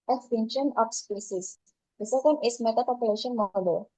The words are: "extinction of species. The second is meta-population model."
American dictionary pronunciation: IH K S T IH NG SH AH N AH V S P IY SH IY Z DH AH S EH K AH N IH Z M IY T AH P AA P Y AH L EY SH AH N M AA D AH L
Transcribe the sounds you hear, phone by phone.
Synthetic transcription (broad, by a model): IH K S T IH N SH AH N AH F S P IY S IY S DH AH S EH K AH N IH S M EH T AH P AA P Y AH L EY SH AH N M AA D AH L